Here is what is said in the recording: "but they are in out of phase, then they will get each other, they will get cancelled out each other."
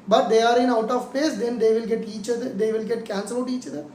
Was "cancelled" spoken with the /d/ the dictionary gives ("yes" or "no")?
no